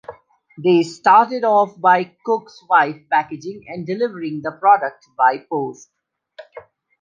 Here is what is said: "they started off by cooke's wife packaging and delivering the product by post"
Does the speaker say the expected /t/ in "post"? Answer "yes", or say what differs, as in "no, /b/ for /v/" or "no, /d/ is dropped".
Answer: yes